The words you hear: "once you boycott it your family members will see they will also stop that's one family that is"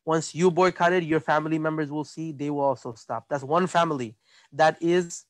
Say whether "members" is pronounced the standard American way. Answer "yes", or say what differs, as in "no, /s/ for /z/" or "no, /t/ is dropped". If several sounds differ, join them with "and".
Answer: yes